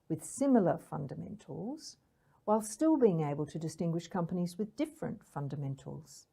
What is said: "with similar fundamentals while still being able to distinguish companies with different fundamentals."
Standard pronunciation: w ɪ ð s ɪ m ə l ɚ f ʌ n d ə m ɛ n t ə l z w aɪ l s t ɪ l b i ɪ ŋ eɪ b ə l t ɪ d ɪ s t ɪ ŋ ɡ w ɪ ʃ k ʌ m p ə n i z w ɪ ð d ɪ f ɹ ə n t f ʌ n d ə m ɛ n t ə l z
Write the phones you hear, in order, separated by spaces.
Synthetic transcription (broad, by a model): w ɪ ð s ɪ m l ɚ f ʌ n d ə m ɛ n t l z w aɪ l s t ɪ l b i ɪ ŋ eɪ b ə l t ɪ d ɪ s t ɪ ŋ ɡ w ɪ ʃ k ʌ m p ə n i z w ɪ ð d ɪ f ɹ ə n t f ʌ n d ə m ɛ n t l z